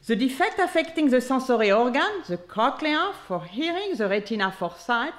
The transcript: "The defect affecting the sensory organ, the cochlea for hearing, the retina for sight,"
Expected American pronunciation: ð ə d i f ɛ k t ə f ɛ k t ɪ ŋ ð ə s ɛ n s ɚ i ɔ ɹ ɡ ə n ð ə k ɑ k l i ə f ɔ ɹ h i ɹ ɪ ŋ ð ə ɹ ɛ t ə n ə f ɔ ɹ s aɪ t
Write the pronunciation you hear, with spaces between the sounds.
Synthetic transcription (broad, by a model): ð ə d i f ɛ k t ə f ɛ k t ɪ ŋ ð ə s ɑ s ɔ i ɔ ɹ ɡ ə n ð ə k ɑ k l i ə f ɔ ɹ h i ɹ ɪ ŋ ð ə ɹ ɛ t ə n ə f ɔ ɹ s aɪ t